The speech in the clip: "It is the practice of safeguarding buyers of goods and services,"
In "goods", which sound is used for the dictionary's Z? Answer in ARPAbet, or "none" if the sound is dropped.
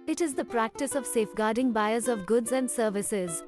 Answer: Z